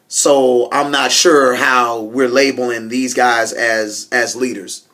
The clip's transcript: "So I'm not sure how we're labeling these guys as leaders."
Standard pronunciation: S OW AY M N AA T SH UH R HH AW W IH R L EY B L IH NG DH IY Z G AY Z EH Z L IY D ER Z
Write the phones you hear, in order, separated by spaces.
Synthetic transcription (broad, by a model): S OW AY M N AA T SH UH R HH AW W IH R L EY B L IH NG DH IY Z G AY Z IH Z L IY D ER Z